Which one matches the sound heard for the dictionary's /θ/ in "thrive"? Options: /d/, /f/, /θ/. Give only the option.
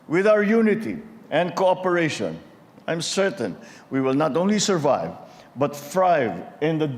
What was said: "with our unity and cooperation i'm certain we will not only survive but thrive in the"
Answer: /f/